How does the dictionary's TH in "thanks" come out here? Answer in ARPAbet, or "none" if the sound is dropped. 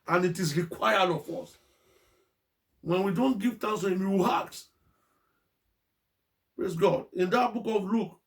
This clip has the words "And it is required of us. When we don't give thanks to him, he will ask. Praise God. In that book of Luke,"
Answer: T